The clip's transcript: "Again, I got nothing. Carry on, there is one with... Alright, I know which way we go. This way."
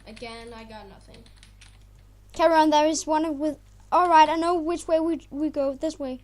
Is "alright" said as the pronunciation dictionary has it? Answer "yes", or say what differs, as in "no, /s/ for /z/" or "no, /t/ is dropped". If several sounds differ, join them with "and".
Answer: yes